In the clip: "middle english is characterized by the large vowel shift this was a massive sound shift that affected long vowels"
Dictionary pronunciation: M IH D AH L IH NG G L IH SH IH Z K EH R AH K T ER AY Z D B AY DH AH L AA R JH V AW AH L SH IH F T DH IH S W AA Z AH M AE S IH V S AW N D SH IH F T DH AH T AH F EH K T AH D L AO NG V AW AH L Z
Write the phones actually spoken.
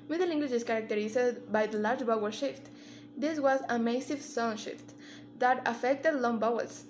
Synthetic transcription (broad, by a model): M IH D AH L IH NG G W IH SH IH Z K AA R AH K T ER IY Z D B AY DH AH L AA R JH B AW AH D SH IH F T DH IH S W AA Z AH M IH S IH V S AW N SH IH F T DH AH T AH F EH K T AH D L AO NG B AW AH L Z